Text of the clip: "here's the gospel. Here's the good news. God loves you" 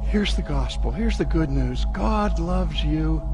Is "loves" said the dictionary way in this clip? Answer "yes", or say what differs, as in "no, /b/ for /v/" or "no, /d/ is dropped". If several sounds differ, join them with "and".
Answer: yes